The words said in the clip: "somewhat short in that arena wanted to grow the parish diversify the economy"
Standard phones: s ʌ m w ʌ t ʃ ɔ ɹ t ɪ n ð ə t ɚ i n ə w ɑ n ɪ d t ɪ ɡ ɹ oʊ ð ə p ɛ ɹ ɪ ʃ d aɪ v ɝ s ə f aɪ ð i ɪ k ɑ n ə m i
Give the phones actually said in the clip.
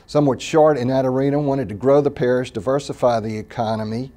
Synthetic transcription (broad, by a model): s ʌ m w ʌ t ʃ ɔ ɹ t ɪ n ð ə t ɚ i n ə w ɑ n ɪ d t ɪ ɡ ɹ oʊ ð ə p ɛ ɹ ɪ ʃ d aɪ v ɝ s ə f aɪ ð i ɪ k ɑ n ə m i